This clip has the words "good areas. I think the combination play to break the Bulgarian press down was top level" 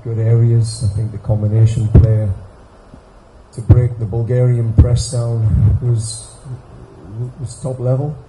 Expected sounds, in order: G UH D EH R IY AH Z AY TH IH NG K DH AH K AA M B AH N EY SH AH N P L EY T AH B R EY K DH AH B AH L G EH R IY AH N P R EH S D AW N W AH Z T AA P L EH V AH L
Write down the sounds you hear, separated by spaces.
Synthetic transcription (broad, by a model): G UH D EH R IY AH Z AY TH IH NG K DH AH K AA M B AH N EY SH AH N P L EY T AH B R EY K DH AH B AH L G EH R IY AH N P R EH S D AW N W AH Z T AA P L EH V AH L